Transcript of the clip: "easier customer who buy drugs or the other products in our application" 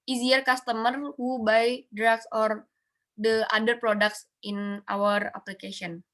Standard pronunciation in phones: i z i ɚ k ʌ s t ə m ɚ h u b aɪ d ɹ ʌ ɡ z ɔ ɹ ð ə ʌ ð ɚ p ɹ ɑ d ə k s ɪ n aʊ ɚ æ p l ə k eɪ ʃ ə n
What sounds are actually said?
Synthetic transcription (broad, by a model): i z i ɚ k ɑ s t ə m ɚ h u b aɪ d ɹ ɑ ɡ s ɔ ɹ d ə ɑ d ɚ p ɹ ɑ d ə k s ɪ n aʊ ɚ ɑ p l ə k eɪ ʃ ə n